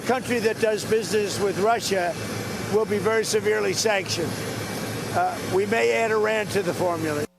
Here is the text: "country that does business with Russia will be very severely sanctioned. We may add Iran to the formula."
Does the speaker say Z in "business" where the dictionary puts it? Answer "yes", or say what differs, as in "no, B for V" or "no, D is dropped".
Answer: yes